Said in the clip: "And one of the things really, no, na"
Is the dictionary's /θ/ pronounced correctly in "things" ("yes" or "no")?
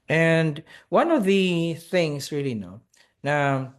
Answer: yes